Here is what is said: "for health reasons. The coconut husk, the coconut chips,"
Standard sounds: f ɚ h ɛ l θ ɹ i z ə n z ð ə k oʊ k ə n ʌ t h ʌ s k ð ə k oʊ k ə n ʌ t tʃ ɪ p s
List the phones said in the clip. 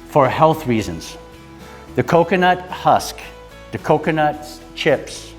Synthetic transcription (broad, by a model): f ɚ h ɛ l θ ɹ i z ə n z ð ə k oʊ k ə n ʌ t h ʌ s k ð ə k oʊ k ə n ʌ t tʃ ɪ p s